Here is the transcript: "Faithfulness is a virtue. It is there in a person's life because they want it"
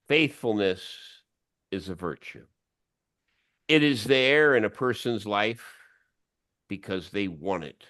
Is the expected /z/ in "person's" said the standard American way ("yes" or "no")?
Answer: yes